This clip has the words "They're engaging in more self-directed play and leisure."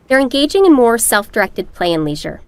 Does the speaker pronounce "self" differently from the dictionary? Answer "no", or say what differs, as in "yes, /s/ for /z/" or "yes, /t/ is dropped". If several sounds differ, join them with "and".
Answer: no